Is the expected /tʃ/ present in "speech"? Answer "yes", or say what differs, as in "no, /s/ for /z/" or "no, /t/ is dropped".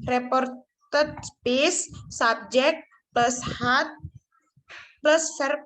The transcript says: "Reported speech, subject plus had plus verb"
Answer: no, /s/ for /tʃ/